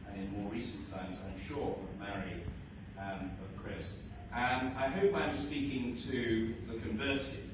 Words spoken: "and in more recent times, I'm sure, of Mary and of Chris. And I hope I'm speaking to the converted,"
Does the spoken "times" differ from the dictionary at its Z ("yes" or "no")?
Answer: no